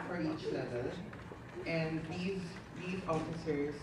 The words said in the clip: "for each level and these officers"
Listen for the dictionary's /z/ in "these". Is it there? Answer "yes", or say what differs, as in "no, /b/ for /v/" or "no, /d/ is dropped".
yes